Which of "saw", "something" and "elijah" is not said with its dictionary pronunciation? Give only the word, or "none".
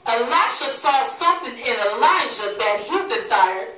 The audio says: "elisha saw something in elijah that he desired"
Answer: elijah